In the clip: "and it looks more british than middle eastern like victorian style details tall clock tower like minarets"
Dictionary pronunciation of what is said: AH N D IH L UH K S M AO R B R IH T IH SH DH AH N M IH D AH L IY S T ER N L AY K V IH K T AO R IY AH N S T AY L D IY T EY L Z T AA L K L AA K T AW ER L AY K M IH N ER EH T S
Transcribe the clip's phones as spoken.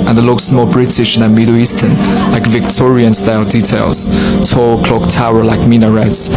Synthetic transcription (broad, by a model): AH N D IH L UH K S M AO L B R IH T IH SH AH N M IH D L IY S T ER N L AY K V IH K T AO R IY AH N S T AY L D IY T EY L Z T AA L K L AA K T AW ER L AY K M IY N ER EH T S